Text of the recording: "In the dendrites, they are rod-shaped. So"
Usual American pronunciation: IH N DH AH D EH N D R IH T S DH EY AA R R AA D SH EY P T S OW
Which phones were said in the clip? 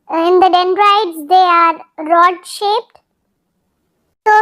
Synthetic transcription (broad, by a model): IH N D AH D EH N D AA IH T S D EY AA R R AA D SH EY P T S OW